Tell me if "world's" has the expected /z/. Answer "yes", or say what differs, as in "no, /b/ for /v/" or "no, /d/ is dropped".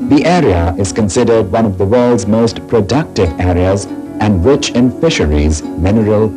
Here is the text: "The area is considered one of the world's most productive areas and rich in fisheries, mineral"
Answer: yes